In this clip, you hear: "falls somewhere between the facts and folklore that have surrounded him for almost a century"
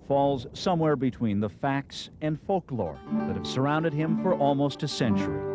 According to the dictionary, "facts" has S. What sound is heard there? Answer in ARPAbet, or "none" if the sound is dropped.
S